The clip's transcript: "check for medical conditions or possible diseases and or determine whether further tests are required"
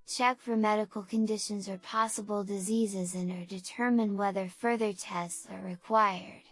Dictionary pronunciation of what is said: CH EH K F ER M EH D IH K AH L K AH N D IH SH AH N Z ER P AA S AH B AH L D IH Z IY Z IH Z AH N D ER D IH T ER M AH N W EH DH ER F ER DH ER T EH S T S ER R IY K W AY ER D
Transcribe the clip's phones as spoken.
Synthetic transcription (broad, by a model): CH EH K F ER M EH D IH K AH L K AH N D IH SH AH N Z ER P AA S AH B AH L D IH Z IY Z IH Z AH N ER D IH T ER M AH N W EH DH ER F ER DH ER T EH S T S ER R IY K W AY ER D